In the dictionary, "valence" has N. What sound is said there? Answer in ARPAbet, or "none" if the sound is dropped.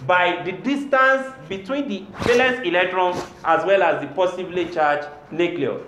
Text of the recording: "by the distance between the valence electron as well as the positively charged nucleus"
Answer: none